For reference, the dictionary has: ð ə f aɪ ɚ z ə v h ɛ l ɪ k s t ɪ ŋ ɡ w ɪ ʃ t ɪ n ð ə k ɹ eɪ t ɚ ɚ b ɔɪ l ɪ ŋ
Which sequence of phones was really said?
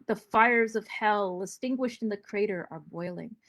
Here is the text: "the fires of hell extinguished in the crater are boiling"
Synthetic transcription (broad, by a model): ð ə f aɪ ɚ z ə v h ɛ l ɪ s t ɪ ŋ ɡ w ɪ ʃ t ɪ n ð ə k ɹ eɪ t ɚ ɚ b ɔɪ l ɪ ŋ